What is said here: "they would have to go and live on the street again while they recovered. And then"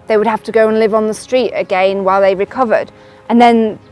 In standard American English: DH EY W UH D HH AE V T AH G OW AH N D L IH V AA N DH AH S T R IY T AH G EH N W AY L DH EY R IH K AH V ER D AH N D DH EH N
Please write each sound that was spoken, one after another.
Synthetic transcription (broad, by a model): DH EY W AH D HH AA F T AH G OW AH N L IH V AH N DH AH S T R IY T AH G EH N W AY L DH EY R IH K AH V ER D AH N DH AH N